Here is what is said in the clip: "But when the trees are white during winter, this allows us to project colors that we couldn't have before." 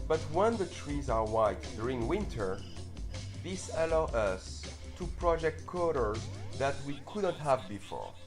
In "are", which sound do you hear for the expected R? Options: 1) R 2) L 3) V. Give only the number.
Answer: 1